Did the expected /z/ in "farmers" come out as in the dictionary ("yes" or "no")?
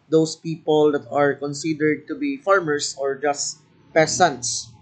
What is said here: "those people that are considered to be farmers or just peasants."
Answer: no